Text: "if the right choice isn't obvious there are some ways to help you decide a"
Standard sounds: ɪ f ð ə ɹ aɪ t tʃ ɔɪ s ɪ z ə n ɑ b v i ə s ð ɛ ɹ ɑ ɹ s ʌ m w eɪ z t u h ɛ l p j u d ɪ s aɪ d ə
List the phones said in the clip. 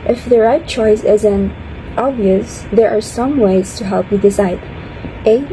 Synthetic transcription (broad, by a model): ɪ f ð ə ɹ aɪ t tʃ ɔɪ s ɪ z ə n ɑ b v i ə s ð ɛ ɹ ɑ ɹ s ʌ m w eɪ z t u h ɛ l p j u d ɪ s aɪ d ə